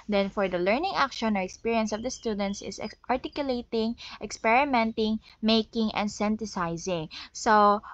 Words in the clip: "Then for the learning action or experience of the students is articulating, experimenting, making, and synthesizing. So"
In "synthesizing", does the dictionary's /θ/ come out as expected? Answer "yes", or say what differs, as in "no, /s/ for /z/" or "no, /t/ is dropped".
no, /t/ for /θ/